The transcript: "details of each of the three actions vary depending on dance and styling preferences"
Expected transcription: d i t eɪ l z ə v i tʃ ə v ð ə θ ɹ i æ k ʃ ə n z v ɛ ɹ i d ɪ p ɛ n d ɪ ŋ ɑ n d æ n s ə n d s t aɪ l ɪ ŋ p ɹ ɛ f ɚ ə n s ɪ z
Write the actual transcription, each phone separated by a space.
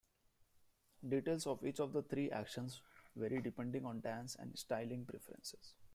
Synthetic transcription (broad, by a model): d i t eɪ l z ə v i tʃ ə v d ə t ɹ i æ k ʃ ə n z v ɛ ɹ i d ɪ p ɛ n d ɪ ŋ ɑ n d æ n s ə n d s t aɪ l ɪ ŋ p ɹ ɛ f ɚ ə n s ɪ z